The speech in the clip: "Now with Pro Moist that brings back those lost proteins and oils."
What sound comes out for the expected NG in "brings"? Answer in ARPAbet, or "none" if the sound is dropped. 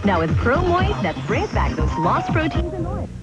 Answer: none